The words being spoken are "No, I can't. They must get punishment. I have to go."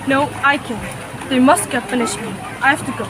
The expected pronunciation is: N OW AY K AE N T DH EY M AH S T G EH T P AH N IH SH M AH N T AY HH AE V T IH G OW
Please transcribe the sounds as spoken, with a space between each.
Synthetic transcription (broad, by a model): N OW AY K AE N DH EY M AH S T G EH T F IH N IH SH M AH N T AY HH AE F T IH G OW